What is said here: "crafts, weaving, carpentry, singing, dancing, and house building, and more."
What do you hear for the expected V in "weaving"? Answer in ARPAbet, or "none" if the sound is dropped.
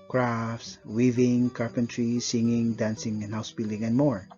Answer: V